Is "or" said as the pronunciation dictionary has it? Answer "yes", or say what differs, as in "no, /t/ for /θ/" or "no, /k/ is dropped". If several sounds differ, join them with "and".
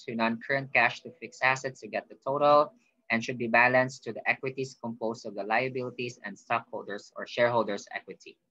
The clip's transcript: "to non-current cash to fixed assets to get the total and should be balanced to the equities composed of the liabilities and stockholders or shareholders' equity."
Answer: yes